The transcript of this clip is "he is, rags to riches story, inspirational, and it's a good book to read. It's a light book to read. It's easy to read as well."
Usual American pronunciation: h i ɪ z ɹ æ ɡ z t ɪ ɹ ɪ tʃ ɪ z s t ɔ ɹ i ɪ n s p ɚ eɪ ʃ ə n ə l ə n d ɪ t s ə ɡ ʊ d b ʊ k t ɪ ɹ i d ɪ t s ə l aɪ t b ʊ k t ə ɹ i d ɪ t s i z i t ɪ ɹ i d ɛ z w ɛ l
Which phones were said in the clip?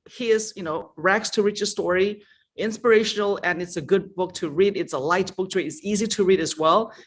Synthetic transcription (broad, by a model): h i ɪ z ɹ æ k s t ɪ ɹ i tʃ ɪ s t ɔ ɹ i ɪ n s p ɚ eɪ ʃ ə n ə l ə n ɪ t s ə ɡ ʊ d b ʊ k t ɪ ɹ i d ɪ t s ə l aɪ t b ʊ k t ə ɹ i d ɪ t s i z i t ɪ ɹ i d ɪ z w ɛ l